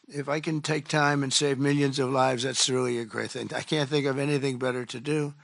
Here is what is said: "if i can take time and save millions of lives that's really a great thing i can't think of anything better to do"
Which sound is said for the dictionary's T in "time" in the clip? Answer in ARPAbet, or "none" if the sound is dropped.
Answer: T